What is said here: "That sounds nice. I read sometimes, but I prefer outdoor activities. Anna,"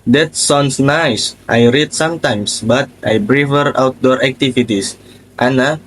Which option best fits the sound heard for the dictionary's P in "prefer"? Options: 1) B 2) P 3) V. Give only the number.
1